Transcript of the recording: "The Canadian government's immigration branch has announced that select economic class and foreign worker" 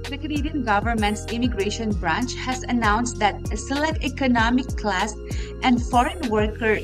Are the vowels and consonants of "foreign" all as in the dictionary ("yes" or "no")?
yes